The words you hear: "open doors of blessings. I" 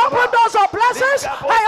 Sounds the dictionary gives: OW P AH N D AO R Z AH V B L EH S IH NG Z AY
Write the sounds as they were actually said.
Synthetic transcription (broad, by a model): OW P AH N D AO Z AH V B L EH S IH Z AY